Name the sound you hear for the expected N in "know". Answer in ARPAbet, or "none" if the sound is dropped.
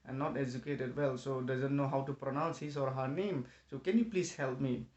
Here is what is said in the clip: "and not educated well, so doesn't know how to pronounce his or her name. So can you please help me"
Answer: N